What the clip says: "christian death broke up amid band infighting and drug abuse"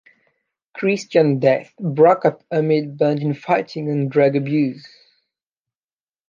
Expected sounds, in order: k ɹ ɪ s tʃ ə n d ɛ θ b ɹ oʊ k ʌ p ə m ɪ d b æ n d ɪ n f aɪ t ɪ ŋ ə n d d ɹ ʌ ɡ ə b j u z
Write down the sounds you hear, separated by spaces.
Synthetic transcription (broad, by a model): k ɹ ɪ s tʃ ə n d ɛ θ b ɹ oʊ k ʌ p ə m ɪ d b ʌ n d ɪ n f aɪ t ɪ ŋ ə n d d ɹ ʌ ɡ ə b j u z